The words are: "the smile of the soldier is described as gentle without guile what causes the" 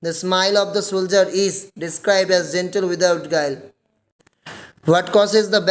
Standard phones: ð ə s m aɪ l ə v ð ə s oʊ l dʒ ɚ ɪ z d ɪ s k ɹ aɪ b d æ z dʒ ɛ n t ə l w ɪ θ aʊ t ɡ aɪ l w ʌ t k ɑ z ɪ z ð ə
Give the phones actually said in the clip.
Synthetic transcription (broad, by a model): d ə s m aɪ l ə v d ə s oʊ l dʒ ɚ ɪ z d ɪ s k ɹ aɪ b d æ z dʒ ɛ n t ə l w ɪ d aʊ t ɡ aɪ l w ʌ t k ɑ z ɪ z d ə